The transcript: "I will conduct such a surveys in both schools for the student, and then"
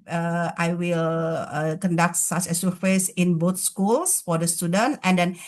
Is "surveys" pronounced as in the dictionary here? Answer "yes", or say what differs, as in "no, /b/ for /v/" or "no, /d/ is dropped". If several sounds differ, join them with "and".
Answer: no, /f/ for /v/ and /s/ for /z/